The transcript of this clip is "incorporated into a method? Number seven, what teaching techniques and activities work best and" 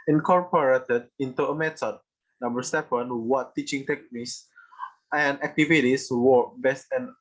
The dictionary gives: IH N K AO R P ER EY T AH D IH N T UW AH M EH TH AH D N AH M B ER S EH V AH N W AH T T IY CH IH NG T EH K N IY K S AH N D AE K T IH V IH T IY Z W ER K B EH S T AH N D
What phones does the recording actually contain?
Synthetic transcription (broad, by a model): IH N K AO R P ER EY T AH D IH N T UW AH M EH T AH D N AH M B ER S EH P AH N W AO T T IY CH IH NG T EH K N IY K S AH N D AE K T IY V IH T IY S W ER B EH S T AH N